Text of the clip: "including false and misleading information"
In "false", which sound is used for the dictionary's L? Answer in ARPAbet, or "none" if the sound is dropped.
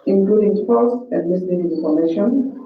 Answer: none